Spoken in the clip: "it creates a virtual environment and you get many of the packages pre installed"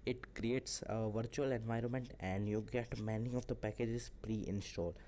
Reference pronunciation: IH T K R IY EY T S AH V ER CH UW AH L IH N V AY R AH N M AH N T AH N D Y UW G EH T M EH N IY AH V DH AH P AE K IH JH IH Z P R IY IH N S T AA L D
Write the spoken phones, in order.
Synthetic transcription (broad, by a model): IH T K R IY EY T S AH V ER CH UW AH L IH N V AY R AH N M AH N T AH N D Y UW G EH T M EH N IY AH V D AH P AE K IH JH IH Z P R IY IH N S T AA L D